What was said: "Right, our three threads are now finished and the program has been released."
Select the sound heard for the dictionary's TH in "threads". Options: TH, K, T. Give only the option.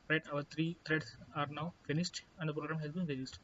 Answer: T